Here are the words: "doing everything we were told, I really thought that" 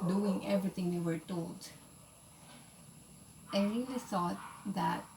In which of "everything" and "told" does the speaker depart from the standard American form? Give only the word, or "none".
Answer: everything